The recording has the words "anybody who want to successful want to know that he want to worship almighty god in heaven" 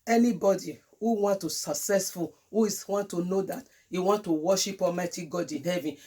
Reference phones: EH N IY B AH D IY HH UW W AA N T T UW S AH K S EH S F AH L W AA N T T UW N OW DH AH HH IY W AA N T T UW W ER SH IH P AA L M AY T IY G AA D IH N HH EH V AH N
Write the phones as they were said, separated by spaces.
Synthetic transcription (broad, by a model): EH N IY B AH D IY HH UW W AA N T T UW S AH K S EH S F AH L W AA N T T UW N OW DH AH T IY W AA N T T UW W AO SH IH P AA M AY T IY G AA D IH N HH EH V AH N